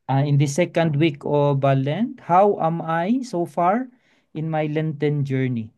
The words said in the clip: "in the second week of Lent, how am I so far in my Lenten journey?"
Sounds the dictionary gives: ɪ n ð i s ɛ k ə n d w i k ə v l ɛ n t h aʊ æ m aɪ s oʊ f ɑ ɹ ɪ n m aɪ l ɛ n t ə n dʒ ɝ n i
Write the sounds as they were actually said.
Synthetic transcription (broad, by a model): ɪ n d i s ɛ k ə n d w i k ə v l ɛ n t h aʊ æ m aɪ s oʊ f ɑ ɹ ɪ n m aɪ l ɛ n t ə n dʒ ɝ n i